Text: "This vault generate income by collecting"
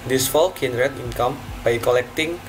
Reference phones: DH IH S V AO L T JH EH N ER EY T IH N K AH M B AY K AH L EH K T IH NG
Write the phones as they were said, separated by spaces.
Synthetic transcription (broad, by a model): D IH S F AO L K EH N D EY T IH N K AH M B AY K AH L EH K T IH NG